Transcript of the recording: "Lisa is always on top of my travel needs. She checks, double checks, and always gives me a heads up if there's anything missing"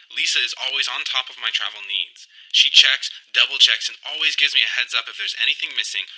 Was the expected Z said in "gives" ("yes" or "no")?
yes